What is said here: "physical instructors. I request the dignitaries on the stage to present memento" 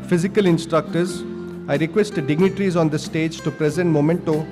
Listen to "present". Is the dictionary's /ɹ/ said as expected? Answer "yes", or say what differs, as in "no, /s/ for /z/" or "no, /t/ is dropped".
yes